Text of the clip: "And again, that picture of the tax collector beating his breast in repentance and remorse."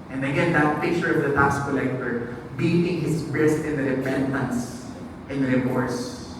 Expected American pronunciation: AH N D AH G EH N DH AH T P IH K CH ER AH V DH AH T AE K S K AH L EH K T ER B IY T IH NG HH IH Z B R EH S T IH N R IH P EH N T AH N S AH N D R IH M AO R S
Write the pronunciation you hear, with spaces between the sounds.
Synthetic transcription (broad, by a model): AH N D AH G EH N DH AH T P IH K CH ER AH V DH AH T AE K S K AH L EH K T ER B IY T IH NG HH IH S B R EH S T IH N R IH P EH N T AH N S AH N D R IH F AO R S